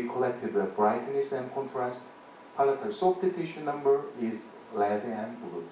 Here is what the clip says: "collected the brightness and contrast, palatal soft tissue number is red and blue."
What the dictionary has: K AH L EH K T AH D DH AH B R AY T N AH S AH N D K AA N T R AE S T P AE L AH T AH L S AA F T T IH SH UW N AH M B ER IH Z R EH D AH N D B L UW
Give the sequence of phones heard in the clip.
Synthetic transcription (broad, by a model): K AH L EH K T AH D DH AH B R AY T N AH S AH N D K AA N T R AE S T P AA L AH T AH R S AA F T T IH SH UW N AH M B ER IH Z L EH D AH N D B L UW